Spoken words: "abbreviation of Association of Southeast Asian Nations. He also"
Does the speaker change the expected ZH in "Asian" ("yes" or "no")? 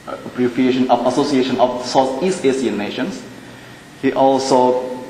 yes